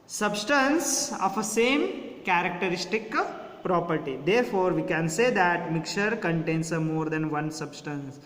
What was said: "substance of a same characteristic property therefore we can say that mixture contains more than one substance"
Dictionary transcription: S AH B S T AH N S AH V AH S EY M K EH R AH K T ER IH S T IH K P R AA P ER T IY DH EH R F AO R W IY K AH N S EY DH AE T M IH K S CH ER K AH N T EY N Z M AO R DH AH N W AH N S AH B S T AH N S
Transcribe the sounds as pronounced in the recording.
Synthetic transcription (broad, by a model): S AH B S T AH N S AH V AH S EY M K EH R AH K T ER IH S T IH K P R AA P ER T IY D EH R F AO R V IY K AH N S EY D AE T M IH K CH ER K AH N T EY N S M AO R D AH N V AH N S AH B S T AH N S